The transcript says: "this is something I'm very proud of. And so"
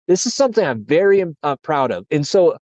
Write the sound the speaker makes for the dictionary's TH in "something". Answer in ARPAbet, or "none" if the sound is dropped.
TH